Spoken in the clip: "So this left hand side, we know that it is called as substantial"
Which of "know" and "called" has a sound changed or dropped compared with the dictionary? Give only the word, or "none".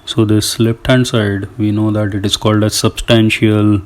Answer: none